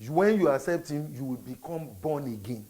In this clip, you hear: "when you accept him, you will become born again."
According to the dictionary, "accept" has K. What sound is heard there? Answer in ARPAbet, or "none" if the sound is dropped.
none